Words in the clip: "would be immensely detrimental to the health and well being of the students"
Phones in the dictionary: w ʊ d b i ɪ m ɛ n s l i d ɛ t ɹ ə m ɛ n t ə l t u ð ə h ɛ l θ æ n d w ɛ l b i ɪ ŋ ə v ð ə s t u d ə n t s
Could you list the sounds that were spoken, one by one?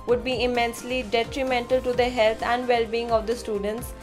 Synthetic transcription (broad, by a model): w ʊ d b i ɪ m ɛ n s l i d ɛ t ɹ ə m ɛ n t ə l t u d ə h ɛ l t æ n d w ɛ l b i ɪ ŋ ə v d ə s t u d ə n t s